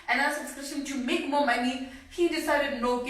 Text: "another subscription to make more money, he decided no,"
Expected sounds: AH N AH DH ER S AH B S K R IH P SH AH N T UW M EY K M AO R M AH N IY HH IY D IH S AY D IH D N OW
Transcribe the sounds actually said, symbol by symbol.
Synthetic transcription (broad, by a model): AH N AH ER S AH S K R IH SH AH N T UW M EY K M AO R M AH N IY HH IY D IH S AY D IH D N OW